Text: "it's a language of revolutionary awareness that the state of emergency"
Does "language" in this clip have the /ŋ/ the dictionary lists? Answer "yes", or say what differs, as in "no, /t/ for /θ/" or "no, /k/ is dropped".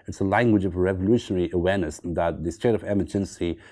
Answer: yes